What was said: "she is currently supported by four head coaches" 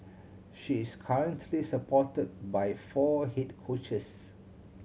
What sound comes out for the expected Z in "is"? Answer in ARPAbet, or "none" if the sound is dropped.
S